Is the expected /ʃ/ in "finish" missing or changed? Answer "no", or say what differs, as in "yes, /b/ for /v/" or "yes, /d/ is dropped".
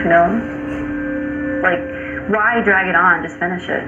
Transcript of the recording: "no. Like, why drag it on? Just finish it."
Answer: no